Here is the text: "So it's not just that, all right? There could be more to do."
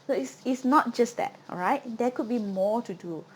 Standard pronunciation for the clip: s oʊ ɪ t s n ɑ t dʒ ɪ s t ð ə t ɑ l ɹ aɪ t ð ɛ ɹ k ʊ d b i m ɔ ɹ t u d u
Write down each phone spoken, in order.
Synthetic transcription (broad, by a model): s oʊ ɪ s s n ɑ t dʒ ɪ s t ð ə t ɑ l ɹ aɪ t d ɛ k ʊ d b i m ɔ t u d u